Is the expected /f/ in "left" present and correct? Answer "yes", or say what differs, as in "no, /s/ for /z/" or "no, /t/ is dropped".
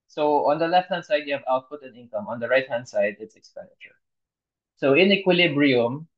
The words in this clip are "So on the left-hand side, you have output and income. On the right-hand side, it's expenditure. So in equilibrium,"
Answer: yes